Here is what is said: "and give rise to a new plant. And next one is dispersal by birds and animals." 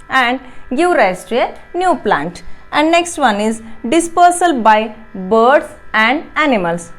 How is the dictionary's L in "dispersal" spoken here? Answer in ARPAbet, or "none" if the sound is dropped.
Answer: L